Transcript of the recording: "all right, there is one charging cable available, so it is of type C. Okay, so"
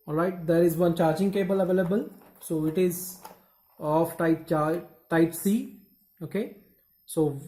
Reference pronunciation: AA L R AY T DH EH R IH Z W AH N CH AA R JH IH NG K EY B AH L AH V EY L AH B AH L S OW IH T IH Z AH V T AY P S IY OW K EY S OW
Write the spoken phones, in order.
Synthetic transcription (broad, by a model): AA L R AY T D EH R IH Z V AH N CH AA R JH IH NG K EY B AH L AH V EY L AH B AH L S OW IH T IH Z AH P T AY P S IY OW K EY S OW